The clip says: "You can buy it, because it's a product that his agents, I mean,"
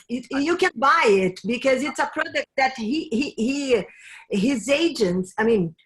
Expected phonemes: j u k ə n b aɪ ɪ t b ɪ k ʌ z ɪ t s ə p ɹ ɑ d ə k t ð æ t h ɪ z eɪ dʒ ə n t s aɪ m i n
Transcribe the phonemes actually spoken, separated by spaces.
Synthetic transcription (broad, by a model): j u k ə n b aɪ ɪ t b ɪ k ʌ z ɪ t s ə p ɹ ɑ d ə k t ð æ t h ɪ z eɪ dʒ ə n t s aɪ m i n